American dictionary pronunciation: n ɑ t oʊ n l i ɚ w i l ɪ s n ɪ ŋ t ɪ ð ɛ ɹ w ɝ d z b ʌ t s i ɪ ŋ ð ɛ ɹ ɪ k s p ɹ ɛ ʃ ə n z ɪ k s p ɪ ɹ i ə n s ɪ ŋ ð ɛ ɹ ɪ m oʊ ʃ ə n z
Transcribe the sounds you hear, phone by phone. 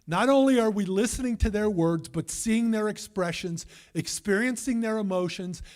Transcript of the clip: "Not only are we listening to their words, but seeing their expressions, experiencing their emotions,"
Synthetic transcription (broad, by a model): n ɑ t oʊ n l i ɚ w i l ɪ s n ɪ ŋ t ɪ ð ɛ ɹ w ɝ d z b ʌ t s i ɪ ŋ ð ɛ ɹ ɪ k s p ɹ ɛ ʃ ə n z ɪ k s p ɪ ɹ i ə n s ɪ ŋ ð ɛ ɹ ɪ m oʊ ʃ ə n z